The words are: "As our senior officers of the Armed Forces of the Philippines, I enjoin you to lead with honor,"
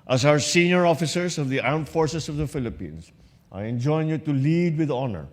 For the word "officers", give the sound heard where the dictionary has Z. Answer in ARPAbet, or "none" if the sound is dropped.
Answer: S